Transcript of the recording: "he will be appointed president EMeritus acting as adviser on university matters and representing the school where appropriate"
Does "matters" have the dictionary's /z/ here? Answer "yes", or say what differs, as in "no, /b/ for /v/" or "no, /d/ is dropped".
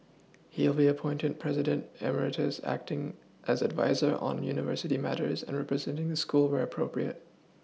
yes